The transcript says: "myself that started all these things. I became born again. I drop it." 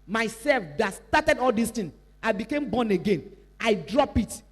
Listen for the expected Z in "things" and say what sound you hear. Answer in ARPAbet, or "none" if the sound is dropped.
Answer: none